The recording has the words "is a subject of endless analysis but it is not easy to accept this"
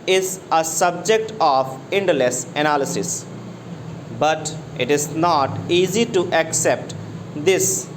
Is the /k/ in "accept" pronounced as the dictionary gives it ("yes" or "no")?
yes